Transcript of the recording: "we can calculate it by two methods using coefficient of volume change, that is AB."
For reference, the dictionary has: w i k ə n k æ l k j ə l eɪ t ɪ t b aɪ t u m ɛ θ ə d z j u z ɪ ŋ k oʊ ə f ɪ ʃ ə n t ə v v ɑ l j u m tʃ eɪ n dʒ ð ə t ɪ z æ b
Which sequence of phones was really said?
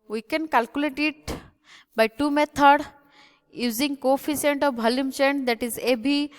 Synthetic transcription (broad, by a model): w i k ə n k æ l k j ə l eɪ t ɪ t b aɪ t u m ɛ t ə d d j u z ɪ ŋ k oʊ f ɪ s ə n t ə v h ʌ l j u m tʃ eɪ n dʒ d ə t ɪ z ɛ b